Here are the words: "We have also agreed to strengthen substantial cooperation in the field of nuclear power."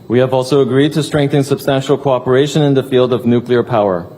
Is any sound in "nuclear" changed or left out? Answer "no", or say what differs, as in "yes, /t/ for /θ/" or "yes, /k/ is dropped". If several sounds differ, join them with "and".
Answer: no